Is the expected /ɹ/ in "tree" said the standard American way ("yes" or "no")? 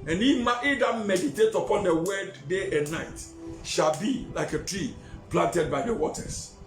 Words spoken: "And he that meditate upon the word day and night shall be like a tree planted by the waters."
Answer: yes